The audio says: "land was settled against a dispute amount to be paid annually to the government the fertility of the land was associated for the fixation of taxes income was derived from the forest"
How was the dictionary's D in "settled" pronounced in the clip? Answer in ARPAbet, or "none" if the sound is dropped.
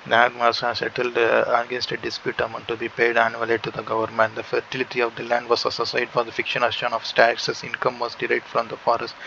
D